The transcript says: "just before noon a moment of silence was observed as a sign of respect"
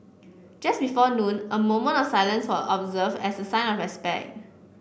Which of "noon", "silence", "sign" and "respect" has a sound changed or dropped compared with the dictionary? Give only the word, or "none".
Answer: none